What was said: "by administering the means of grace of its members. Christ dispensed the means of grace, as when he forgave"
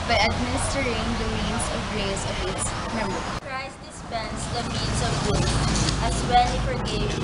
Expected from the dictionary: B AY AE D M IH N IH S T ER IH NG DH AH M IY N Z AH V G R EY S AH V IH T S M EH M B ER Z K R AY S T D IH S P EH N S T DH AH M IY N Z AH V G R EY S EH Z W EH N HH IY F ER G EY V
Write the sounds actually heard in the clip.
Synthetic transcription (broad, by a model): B AY AE D M IH N IH S T ER IH NG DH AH M IY N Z AH V G R EY S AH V IH T S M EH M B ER K R AY S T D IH S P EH N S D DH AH M IY N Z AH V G UH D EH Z W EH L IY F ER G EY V